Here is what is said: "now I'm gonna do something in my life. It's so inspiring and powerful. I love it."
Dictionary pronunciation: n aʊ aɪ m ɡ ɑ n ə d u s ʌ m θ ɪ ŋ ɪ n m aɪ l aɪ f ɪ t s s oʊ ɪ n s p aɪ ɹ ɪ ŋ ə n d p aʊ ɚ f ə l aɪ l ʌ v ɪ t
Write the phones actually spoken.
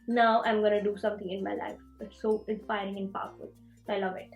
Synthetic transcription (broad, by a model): n aʊ aɪ m ɡ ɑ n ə d u s ʌ m t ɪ ŋ ɪ n m aɪ l aɪ f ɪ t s s oʊ ɪ n s p aɪ ɹ ɪ ŋ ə n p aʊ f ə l aɪ l ʌ v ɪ t